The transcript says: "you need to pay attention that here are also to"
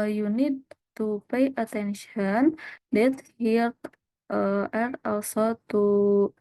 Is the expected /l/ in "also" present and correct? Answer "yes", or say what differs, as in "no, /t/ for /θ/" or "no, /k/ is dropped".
no, /w/ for /l/